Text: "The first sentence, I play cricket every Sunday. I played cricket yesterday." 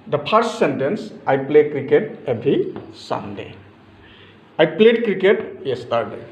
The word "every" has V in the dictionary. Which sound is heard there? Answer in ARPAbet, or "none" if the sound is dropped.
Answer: B